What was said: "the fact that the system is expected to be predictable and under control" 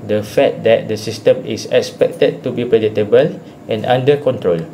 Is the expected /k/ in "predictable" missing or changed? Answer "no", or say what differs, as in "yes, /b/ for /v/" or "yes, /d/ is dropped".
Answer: yes, /k/ is dropped